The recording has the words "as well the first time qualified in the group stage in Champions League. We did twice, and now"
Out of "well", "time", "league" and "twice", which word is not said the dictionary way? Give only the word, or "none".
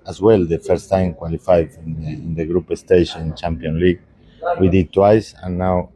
none